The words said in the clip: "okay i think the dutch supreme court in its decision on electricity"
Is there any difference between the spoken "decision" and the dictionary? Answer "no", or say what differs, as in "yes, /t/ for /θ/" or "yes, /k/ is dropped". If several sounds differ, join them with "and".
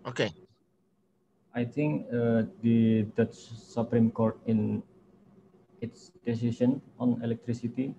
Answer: yes, /ʃ/ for /ʒ/